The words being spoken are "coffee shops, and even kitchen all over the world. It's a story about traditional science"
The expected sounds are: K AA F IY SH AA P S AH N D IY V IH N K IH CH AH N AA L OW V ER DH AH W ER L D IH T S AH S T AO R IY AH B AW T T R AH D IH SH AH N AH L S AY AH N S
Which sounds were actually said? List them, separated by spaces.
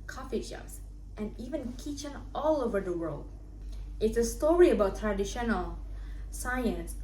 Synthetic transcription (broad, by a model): K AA F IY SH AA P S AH N IY V IH N K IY CH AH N AA L OW V ER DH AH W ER L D IH T S AH S T AO R IY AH B AW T T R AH D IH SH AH N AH L S AY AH N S